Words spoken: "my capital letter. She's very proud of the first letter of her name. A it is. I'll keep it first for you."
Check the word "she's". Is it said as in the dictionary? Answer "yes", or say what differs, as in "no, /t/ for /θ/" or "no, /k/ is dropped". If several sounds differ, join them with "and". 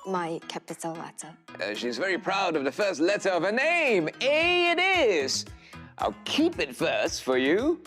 yes